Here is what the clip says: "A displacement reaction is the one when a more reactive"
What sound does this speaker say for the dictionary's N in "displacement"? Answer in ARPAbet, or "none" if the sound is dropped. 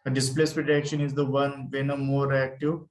none